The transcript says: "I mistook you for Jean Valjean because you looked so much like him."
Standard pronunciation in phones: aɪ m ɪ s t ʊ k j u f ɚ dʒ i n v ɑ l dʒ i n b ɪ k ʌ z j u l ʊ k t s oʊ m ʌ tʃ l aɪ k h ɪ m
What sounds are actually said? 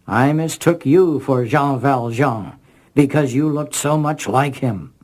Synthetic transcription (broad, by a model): aɪ m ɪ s t ʊ k j u f ɚ ʒ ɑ v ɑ l ʒ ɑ b ɪ k ʌ z j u l ʊ k t s oʊ m ʌ tʃ l aɪ k h ɪ m